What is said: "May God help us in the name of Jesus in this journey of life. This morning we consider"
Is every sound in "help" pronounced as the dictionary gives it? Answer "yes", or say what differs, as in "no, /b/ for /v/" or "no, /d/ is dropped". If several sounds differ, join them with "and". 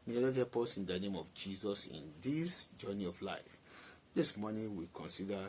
no, /l/ is dropped